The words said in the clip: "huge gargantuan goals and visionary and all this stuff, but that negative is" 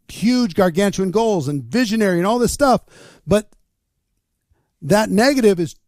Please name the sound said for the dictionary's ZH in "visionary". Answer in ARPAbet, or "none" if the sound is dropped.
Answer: ZH